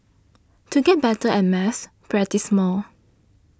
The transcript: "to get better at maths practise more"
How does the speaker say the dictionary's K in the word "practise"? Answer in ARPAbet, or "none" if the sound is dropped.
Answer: none